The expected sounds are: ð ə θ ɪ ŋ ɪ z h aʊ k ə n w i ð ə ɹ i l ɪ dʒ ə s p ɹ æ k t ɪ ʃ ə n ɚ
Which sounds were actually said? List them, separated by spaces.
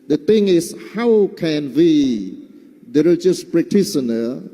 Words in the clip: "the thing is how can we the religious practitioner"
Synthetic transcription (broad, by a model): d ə t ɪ ŋ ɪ s h aʊ k ə n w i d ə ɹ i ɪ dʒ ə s p ɹ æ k t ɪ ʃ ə n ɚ